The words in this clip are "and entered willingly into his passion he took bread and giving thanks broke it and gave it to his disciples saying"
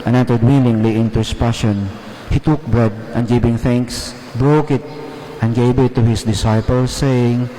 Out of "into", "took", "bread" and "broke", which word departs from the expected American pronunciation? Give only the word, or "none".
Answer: none